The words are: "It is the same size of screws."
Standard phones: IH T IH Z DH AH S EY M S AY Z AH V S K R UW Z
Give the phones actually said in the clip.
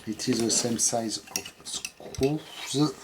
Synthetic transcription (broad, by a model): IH T IH Z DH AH S EY M S AY Z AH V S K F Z